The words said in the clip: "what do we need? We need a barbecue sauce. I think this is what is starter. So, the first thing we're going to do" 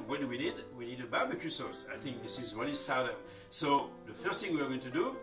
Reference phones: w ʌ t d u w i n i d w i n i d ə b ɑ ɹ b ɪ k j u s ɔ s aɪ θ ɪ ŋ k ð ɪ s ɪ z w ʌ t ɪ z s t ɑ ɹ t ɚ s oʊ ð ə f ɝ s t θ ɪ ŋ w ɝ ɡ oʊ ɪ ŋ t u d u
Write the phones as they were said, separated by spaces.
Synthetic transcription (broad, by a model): w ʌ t d u w i n i d w i n i d ə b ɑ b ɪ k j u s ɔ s aɪ θ ɪ ŋ k ð ɪ s ɪ z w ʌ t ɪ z s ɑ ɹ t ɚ s oʊ ð ə f ɝ s t θ ɪ ŋ w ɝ ɡ oʊ ɪ ŋ t u d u